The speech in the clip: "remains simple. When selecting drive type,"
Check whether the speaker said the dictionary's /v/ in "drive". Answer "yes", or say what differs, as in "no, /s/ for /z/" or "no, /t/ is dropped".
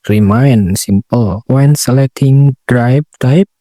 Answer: no, /b/ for /v/